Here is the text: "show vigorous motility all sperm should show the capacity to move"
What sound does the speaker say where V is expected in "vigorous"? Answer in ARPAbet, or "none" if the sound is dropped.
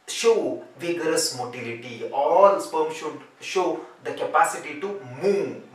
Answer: V